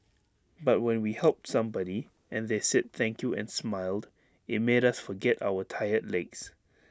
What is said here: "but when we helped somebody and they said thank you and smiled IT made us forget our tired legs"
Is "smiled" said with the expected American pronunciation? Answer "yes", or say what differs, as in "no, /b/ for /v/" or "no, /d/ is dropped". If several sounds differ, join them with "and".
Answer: yes